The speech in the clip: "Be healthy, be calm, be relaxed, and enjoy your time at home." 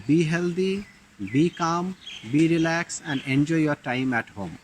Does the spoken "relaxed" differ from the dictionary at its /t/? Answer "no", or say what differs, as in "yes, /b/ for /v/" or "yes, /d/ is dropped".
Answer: yes, /t/ is dropped